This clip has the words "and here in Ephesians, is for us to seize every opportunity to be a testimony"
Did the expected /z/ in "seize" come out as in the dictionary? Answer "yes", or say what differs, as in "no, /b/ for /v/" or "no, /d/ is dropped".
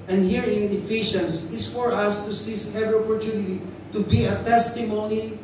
no, /s/ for /z/